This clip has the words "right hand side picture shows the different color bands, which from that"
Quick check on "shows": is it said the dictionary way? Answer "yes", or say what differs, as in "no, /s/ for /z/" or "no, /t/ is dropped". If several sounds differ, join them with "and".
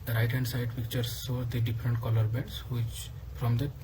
no, /s/ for /ʃ/